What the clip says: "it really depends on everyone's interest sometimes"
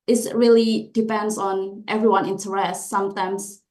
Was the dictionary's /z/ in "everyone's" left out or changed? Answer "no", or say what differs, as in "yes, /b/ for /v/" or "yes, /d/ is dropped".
yes, /z/ is dropped